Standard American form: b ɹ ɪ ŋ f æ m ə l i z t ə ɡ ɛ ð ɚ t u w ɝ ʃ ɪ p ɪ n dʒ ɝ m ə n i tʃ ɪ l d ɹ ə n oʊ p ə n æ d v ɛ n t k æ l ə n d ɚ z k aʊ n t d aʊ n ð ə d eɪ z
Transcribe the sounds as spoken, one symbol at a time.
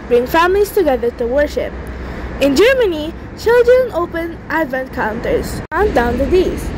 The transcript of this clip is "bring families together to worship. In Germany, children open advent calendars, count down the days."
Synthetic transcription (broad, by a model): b ɹ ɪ ŋ f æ m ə l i s t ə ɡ ɛ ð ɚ t u w ɝ ʃ ɪ p ɪ n dʒ ɝ m ə n i tʃ ɪ l d ɹ ə n oʊ p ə n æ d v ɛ n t k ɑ ə n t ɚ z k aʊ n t d aʊ n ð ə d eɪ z